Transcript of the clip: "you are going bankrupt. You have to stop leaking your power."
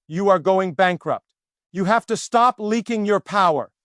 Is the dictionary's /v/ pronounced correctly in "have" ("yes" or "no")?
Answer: no